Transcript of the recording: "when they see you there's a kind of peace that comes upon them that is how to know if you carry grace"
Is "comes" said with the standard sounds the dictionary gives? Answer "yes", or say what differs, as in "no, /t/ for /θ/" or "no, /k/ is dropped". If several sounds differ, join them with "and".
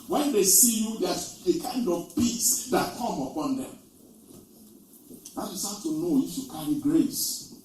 no, /z/ is dropped